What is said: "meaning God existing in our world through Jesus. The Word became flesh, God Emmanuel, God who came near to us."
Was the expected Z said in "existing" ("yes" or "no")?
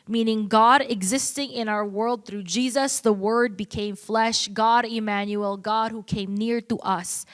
yes